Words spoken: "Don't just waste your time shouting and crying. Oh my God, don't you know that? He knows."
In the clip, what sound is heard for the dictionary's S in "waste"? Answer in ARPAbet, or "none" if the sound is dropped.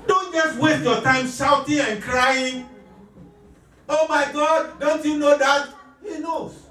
none